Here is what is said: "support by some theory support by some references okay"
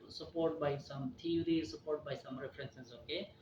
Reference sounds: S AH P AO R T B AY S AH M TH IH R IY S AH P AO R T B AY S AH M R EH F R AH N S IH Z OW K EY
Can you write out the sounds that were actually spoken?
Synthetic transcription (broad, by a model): S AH P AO R T B AY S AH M T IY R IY S AH P AO R T B AY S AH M R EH P R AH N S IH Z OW K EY